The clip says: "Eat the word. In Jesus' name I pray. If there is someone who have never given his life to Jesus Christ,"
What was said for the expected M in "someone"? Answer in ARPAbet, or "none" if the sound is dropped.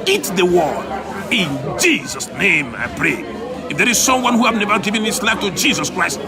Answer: M